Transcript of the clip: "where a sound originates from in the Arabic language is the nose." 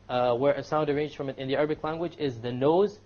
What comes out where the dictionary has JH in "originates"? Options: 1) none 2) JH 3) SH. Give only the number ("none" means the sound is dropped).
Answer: 1